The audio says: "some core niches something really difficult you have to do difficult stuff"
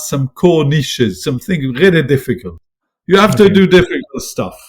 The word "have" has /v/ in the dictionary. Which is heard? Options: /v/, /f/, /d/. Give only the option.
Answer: /f/